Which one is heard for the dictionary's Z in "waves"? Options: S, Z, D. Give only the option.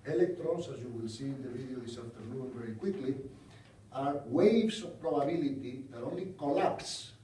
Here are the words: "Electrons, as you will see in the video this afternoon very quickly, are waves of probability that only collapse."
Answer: S